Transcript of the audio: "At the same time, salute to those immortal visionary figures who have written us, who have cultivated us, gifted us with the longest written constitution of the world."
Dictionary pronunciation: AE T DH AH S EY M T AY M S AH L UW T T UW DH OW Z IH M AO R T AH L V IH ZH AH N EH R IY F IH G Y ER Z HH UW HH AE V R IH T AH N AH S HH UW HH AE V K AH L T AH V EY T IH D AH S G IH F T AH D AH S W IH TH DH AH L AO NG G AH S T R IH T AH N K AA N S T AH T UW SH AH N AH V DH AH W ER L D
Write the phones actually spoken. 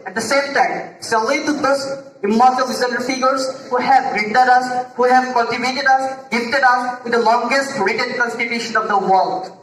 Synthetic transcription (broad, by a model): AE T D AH S EY M T AY M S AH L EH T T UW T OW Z IH M AO R T AH L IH Z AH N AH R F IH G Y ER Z HH UW HH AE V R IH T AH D AH S HH UW HH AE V K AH N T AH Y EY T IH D AH S G IH F T AH D AH S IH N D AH L AO NG G AH S T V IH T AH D K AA N S T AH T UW SH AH N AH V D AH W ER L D